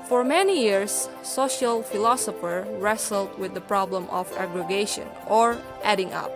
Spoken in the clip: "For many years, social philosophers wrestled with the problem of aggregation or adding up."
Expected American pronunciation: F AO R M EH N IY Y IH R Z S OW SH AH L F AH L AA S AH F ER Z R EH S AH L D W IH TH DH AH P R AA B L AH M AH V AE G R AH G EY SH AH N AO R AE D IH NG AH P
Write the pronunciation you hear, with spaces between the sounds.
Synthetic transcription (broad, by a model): F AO R M EH N IY Y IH R S OW SH AH L F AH L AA S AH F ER R EH S AH L D W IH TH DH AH P R AA B L AH M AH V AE G R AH G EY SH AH N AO R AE D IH NG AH P